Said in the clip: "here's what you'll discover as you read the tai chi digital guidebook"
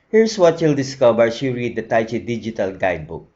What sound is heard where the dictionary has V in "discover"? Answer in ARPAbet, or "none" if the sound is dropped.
B